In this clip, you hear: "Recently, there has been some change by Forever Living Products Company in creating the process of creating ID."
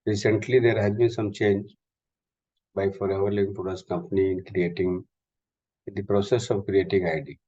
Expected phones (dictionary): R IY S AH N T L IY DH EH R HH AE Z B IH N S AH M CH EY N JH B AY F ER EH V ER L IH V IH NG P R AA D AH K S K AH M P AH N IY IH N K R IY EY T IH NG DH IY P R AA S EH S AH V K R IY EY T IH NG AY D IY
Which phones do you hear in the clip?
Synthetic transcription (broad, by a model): R IY S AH N T L IY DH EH R HH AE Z B IH N S AH M CH EY N JH B AY F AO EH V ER L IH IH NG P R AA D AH S K AH M P AH N IY IH N K R IY EY T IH NG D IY P R AA S EH S AH V K R IY EY T IH NG AY D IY